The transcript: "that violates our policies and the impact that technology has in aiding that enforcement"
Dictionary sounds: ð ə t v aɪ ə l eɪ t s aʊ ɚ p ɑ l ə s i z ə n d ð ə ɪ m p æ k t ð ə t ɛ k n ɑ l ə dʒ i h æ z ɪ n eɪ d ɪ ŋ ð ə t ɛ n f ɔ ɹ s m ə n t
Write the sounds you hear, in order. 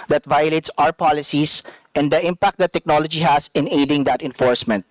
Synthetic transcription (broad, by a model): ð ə t v aɪ ə l eɪ t s aʊ ɚ p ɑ l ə s i s ə n d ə ɪ m p æ k t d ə t ɛ k n ɑ l ə dʒ i h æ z ɪ n eɪ d ɪ ŋ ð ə t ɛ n f ɔ ɹ s m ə n t